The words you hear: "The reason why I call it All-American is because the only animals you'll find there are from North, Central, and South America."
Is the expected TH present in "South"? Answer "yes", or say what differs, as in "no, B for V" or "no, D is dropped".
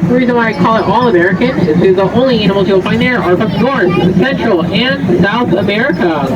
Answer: yes